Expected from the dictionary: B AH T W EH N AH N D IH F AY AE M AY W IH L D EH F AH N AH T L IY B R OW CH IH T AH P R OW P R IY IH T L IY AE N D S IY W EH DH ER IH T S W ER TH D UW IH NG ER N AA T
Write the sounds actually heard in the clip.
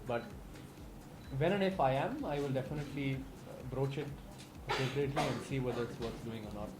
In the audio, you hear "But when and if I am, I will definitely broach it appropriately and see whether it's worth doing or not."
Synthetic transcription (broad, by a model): B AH T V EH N AH N D IH F AY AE M AY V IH L D EH F AH N AH T L IY B R OW CH IH T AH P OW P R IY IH T L IY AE N D S IY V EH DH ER IH T S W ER S D UW IH NG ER N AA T